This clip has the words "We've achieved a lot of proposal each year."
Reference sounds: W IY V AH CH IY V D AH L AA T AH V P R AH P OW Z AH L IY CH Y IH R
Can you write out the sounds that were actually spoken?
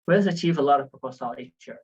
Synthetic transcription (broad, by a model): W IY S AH CH IY V AH L AA T AH V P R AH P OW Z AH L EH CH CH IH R